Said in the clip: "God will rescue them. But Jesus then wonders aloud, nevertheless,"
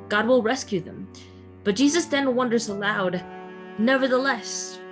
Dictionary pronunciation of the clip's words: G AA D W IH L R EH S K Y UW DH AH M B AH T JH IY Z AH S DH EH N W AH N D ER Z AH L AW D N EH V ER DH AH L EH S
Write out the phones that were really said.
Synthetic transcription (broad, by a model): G AA D W IH L R EH S K Y UW DH AH M B AH T JH IY Z AH S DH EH N W AH N D ER Z AH L AW D N EH V ER DH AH L EH S